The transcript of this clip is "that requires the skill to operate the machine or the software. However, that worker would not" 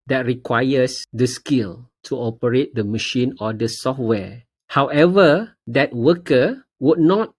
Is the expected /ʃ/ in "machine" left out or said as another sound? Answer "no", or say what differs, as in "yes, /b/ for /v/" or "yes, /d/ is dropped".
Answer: no